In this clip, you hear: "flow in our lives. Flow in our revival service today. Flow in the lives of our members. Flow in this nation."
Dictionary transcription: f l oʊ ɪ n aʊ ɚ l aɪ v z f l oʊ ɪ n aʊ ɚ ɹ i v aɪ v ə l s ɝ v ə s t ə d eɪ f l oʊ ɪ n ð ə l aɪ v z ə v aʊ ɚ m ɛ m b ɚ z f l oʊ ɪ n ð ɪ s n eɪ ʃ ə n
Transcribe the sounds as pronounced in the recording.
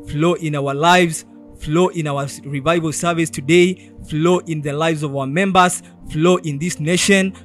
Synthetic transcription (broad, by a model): f l oʊ ɪ n aʊ ɚ l aɪ v z f l oʊ ɪ n aʊ ɚ ɹ i v aɪ v ə l s ɝ v ə s t ə d eɪ f l oʊ ɪ n ð ə l aɪ v z ə v aʊ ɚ m ɛ m b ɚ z f l oʊ ɪ n ð ɪ s n eɪ ʃ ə n